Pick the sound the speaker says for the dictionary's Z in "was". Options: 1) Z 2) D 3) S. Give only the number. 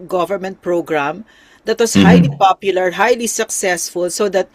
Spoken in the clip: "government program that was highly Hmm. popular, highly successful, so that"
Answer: 3